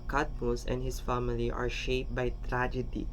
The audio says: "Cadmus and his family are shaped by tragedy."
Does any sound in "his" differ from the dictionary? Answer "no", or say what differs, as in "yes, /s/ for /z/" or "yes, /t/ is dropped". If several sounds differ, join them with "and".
yes, /s/ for /z/